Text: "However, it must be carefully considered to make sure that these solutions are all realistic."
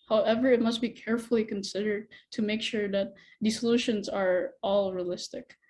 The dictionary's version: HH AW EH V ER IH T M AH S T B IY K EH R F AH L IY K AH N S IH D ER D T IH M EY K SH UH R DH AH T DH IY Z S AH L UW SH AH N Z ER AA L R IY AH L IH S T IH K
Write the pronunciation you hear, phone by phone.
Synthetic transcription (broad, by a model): HH AW EH V ER IH T M AH S T B IY K EH R F L IY K AH N S IH D ER D T IH M EY K SH UH R DH AH T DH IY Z S AH L UW SH AH N Z ER AA L R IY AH L IH S T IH K